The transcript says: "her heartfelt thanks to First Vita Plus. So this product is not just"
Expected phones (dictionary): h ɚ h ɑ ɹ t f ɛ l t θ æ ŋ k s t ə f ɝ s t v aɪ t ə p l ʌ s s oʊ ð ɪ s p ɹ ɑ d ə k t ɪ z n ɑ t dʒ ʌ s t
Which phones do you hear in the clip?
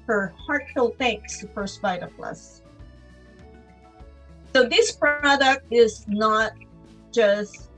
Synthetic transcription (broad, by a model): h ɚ h ɑ ɹ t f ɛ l θ æ ŋ k s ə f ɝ s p aɪ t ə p l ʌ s s oʊ ð ɪ s p ɹ ɑ d ə k t ɪ z n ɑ t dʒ ʌ s t